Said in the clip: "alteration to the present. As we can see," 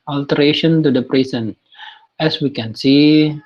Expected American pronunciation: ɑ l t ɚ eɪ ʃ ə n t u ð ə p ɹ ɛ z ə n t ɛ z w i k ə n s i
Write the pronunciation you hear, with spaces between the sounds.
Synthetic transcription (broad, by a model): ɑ l t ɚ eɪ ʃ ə n t u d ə p ɹ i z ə n ɛ s w i k ə n s i